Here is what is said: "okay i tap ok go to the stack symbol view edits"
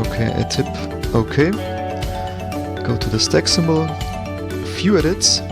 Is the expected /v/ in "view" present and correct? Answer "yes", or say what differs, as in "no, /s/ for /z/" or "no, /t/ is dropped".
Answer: no, /f/ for /v/